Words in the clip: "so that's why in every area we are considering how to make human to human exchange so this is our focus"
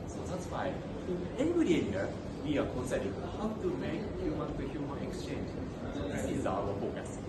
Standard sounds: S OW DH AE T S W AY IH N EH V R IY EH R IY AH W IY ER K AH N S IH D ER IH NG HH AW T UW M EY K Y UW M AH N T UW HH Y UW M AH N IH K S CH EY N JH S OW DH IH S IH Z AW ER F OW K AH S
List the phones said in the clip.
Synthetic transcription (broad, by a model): S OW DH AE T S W AY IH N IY B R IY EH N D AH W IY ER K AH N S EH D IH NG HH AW T UW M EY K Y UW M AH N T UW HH Y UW M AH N IH K S CH EY N JH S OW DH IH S IH Z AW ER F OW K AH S